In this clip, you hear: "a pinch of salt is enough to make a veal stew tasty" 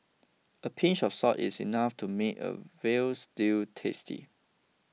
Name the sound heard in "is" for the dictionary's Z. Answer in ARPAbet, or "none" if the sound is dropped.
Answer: S